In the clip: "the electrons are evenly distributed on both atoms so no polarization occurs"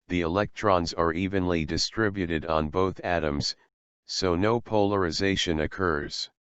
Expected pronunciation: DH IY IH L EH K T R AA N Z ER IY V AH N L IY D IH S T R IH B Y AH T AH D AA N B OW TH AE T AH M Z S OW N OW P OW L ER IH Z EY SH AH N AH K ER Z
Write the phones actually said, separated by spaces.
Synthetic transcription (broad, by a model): DH IY IH L EH K T R AA N Z ER IY V AH N L IY D IH S T R IH B Y AH T AH D N B OW TH AE T AH M Z S OW N OW P OW L ER IH Z EY SH AH N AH K ER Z